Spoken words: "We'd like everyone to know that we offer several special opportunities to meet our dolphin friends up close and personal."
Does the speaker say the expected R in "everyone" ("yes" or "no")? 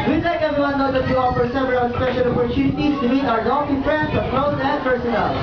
no